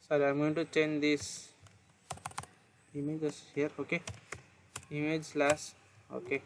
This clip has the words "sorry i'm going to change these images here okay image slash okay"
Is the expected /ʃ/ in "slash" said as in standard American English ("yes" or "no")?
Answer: no